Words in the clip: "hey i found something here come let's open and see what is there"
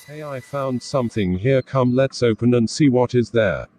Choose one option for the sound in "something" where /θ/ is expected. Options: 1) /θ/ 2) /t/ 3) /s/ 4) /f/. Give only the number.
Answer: 1